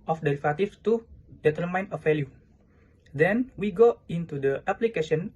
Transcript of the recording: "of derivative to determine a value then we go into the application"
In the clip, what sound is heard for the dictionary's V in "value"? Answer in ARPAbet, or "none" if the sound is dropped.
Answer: F